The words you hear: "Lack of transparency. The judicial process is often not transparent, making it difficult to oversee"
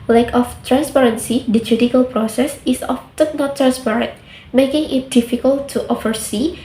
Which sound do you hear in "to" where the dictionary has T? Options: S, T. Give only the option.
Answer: T